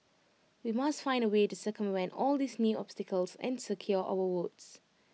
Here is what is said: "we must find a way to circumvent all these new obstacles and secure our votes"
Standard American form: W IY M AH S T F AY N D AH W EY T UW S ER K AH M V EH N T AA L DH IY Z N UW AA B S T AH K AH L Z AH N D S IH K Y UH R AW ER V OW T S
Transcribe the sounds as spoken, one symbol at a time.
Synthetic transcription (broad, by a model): W IY M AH S T F AY N D AH W EY T UW S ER K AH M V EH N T AA L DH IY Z N UW AA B S T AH K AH L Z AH N S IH K Y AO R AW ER W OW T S